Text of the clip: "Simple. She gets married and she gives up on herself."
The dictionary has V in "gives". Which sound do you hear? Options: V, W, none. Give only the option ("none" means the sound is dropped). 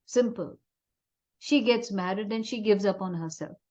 V